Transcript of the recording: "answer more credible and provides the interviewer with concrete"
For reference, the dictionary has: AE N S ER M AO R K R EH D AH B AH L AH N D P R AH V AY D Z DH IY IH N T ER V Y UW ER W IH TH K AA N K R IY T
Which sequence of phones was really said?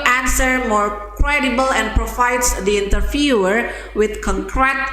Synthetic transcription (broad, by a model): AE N S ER M AO R K R EH D AH B AH L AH N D P R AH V AY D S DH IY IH N T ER F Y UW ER W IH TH K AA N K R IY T